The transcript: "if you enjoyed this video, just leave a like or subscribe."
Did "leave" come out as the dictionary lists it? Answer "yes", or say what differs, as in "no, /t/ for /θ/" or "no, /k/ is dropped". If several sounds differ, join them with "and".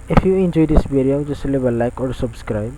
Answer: no, /b/ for /v/